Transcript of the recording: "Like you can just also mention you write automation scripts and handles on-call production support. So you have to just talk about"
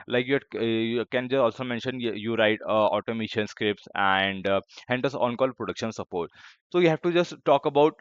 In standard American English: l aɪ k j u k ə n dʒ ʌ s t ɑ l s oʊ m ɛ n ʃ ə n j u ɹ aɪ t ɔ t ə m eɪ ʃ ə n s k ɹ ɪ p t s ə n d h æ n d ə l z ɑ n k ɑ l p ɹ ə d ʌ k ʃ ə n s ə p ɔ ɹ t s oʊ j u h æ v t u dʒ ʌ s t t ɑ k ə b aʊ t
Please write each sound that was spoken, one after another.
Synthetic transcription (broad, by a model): l aɪ k j u k ə n dʒ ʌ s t ɑ l s oʊ m ɛ n ʃ ə n j u ɹ aɪ t ɔ t ə m eɪ ʃ ə n s k ɹ ɪ p t s ə n d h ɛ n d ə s ɑ n k ɑ l p ɹ ə d ʌ k ʃ ə n s ə p ɔ ɹ t s oʊ j u h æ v t u dʒ ʌ s t t ɑ k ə b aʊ t